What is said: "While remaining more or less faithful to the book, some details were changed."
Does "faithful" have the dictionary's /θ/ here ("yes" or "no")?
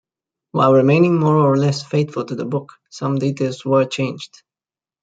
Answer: no